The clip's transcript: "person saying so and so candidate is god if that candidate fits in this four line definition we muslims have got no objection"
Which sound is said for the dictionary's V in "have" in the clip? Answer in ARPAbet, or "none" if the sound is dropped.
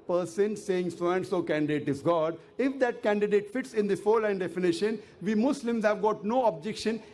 V